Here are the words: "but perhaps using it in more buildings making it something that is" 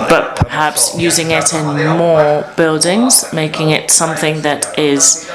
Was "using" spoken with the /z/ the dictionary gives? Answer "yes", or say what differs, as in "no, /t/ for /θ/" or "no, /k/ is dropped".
yes